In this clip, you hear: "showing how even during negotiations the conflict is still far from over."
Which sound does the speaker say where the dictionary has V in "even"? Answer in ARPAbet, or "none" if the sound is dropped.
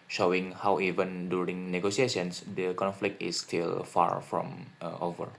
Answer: V